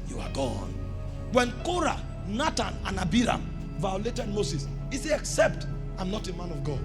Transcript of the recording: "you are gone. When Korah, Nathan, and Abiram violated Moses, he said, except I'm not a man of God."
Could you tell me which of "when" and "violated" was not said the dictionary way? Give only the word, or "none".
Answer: none